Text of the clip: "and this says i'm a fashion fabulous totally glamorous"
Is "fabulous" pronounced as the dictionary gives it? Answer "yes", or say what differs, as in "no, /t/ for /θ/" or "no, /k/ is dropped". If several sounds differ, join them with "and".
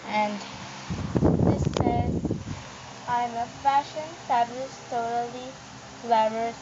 no, /ʃ/ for /s/